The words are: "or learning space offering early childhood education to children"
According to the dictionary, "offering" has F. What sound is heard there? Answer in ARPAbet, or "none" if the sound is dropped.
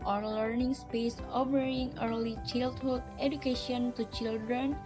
P